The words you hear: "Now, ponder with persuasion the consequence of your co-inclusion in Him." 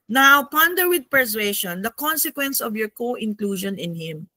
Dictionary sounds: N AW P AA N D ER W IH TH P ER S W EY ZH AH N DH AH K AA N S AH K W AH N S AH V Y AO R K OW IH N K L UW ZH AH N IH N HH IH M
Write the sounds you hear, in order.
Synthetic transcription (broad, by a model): N AW P AA N D ER W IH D P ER S W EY SH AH N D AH K AA N S AH K W AH N S AH V Y AO R K OW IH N K L UW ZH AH N IH N HH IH M